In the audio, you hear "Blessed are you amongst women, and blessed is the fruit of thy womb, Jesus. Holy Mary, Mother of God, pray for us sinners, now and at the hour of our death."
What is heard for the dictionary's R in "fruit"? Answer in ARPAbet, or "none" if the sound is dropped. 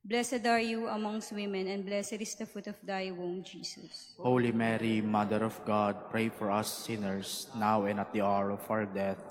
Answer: none